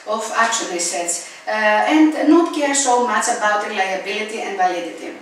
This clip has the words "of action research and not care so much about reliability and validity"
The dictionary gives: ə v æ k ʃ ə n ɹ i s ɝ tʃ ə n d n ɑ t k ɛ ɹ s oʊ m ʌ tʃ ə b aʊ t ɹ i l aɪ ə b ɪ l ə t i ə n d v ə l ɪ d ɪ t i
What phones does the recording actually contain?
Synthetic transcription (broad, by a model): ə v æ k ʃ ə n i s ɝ s ə n d n ɑ t k ɛ ɹ s oʊ m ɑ tʃ ə b aʊ t ɹ i l aɪ ə b ɪ l ə t i ə n d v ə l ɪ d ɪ t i